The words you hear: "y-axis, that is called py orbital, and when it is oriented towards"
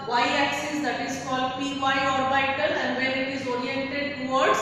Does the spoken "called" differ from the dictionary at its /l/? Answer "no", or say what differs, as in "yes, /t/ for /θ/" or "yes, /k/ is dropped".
no